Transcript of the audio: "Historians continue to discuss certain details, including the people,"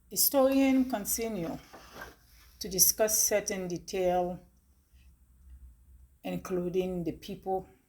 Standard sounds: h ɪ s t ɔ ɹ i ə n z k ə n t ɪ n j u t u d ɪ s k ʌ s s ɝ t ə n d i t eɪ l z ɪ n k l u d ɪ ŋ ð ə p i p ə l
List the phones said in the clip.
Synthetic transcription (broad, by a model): h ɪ s t ɔ ɹ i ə n k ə n s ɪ n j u t u d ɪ s k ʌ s s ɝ t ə n d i t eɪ l ɪ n k l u d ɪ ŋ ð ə p i p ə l